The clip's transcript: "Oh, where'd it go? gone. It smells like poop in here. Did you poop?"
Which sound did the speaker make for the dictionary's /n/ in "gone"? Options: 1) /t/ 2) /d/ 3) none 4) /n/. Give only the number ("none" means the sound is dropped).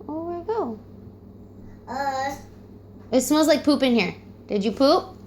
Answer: 3